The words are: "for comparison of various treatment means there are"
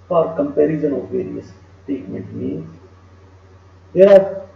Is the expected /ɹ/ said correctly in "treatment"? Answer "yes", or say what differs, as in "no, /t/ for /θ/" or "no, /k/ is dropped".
no, /ɹ/ is dropped